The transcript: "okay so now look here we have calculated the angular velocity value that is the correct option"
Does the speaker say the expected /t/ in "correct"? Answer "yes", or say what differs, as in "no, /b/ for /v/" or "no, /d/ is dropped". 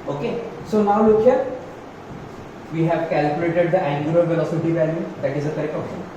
no, /t/ is dropped